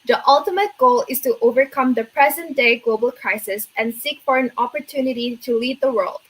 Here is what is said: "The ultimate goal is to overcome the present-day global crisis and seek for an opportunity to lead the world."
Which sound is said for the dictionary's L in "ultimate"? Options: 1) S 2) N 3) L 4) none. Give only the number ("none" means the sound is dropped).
3